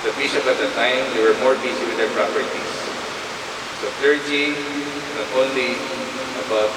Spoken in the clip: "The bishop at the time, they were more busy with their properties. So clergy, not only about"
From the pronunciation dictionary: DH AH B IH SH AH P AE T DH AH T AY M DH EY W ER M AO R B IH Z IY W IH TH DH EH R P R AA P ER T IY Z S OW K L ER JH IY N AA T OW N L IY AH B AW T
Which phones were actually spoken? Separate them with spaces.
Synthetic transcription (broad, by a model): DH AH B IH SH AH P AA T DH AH T AY M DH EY W ER M AO R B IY S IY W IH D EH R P R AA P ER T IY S S OW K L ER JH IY N AA T OW N L IY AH B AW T